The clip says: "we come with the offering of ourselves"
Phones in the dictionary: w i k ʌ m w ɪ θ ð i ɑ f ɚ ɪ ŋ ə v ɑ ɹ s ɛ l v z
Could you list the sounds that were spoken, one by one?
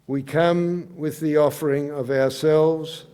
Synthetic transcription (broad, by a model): w i k ʌ m w ɪ ð i ɑ f ɚ ɪ ŋ ə v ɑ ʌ s ɛ l v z